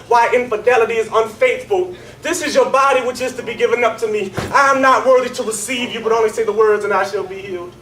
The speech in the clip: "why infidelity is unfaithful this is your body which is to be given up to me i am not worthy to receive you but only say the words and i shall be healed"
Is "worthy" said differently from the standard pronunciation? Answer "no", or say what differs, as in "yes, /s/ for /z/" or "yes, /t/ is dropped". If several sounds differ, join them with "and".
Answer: no